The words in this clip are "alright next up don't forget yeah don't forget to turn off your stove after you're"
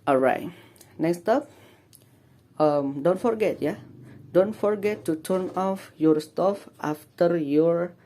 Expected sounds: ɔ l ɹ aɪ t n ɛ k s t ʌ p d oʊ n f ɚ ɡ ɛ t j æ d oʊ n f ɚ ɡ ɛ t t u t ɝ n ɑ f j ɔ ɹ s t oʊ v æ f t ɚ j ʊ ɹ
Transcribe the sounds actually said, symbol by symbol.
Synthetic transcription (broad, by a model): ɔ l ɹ aɪ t n ɛ k s t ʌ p d oʊ n f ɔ ɡ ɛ t j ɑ d oʊ n f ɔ ɡ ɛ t t u t ɝ n ɑ f j ɔ ɹ s t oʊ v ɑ f t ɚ j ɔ ɹ